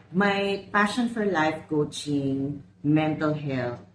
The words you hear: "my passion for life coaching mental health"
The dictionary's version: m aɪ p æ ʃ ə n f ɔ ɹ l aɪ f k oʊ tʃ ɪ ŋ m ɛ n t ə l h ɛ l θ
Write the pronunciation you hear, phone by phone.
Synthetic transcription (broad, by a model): m aɪ p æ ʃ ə n f ɔ ɹ l aɪ f k oʊ tʃ ɪ ŋ m ɛ n t ə l h ɛ l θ